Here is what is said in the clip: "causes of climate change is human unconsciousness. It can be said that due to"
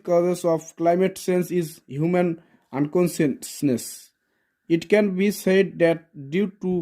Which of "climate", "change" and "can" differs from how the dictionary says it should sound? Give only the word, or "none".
change